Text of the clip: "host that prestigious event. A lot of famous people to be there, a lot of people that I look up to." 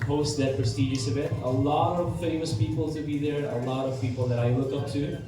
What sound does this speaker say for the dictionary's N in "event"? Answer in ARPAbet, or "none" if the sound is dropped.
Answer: none